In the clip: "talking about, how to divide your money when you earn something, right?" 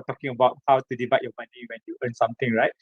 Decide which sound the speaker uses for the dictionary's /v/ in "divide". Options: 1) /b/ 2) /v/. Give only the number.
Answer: 1